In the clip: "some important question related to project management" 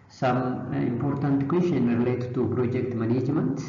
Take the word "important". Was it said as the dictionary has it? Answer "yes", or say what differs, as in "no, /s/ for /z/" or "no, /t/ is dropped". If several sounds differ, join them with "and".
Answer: yes